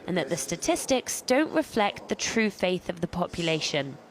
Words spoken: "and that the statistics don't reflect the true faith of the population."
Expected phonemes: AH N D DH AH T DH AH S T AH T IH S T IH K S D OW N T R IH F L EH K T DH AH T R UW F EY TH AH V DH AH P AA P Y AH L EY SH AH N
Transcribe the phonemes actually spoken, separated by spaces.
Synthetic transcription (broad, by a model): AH N DH AH T DH AH S T AH T IH S T IH K S D OW N T R IH F L EH K T DH AH T R UW F EY TH AH V DH AH P AA P Y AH L EY SH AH N